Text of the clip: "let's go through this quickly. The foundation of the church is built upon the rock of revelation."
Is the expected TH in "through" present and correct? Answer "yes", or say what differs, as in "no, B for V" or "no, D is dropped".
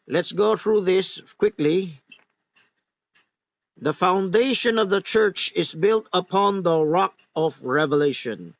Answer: yes